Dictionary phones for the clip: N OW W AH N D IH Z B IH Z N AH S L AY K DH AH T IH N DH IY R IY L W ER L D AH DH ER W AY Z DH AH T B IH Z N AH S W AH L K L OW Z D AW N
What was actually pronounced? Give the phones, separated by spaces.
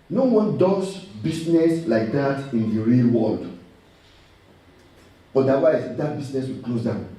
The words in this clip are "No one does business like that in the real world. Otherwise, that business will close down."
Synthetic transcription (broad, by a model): N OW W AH N D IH S B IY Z N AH S L AY K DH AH T IH N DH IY R IY L W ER L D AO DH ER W AY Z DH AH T B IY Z N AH S W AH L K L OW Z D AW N